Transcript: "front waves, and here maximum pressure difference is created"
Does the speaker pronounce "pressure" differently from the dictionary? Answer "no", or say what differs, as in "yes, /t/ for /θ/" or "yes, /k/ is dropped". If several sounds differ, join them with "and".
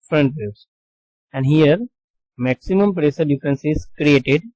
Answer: yes, /s/ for /ʃ/